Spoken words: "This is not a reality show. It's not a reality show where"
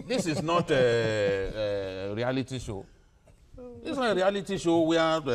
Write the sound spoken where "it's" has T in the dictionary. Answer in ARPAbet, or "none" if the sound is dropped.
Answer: S